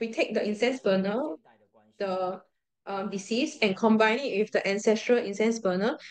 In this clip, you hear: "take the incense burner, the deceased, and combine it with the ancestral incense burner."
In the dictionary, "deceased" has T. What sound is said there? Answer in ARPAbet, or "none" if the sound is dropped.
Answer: none